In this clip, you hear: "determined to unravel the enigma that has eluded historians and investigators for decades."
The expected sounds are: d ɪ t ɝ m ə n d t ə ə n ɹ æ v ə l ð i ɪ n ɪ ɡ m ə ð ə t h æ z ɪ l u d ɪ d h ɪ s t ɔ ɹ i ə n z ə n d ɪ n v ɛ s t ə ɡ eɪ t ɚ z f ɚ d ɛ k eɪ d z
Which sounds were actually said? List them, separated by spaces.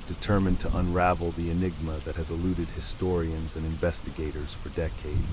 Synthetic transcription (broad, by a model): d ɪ t ɝ m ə n t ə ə n ɹ æ v l ð i ɪ n ɪ ɡ m ə ð ə t h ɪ z ɪ l u d ɪ d h ɪ s t ɔ ɹ i ə n z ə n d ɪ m v ɛ s t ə ɡ eɪ t ɚ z f ɚ d ɛ k eɪ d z